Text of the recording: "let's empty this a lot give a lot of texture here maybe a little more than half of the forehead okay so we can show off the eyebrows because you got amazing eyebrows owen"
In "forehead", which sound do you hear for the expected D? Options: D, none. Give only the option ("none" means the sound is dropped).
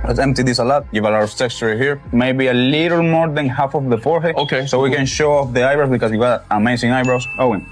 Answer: none